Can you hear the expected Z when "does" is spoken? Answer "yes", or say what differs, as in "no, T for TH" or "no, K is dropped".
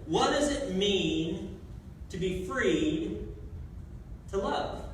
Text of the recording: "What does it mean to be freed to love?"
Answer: yes